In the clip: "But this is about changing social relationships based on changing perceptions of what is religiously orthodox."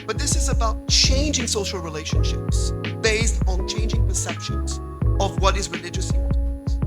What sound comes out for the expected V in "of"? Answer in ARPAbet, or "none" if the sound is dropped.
V